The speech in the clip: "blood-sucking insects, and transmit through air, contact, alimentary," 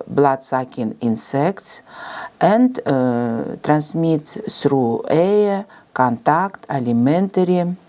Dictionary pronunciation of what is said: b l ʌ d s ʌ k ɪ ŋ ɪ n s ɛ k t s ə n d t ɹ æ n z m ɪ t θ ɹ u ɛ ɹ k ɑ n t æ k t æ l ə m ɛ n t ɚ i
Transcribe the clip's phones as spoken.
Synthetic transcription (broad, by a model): b l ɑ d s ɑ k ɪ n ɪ n s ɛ k t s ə n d t ɹ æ n s m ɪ t s ɹ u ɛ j k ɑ n t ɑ k t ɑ l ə m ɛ n t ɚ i